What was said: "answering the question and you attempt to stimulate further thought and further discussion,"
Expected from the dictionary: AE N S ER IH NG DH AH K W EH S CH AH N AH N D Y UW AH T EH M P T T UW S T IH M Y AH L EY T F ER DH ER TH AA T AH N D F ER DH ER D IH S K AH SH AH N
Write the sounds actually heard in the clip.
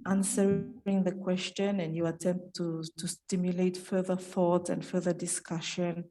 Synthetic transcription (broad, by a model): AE N S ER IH NG DH AH K W EH S CH AH N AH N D Y UW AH T EH M P T T UW S T IH M Y AH L EY T F ER DH ER TH AA T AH N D F ER DH ER D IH S K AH SH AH N